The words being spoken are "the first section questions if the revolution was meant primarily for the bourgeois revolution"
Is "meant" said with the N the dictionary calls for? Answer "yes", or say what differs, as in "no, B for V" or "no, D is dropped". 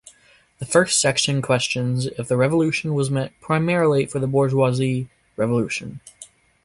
no, N is dropped